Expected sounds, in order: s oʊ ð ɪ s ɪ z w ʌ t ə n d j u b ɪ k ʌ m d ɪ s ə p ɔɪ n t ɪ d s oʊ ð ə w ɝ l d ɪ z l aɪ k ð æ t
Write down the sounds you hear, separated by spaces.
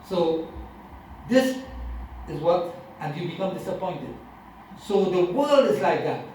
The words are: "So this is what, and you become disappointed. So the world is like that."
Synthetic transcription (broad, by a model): s oʊ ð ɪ s ɪ z w ʌ t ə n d j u b ɪ k ʌ m d ɪ s ə p ɔɪ n t ɪ d s oʊ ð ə w ɝ l d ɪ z l aɪ k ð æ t